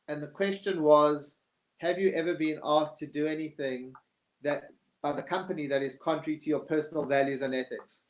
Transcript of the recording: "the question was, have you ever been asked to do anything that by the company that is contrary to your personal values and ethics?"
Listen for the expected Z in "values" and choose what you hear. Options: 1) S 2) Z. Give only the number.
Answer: 2